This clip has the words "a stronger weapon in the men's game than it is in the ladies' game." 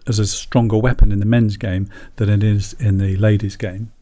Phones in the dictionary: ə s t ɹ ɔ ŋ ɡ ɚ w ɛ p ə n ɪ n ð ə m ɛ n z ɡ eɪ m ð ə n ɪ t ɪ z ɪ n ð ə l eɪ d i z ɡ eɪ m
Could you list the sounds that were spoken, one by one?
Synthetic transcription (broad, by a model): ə s t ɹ ɔ ŋ ɡ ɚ w ɛ p ə n ɪ n ð ə m ɛ n z ɡ eɪ m ð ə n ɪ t ɪ z ɪ n ð ə l eɪ d i z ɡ eɪ m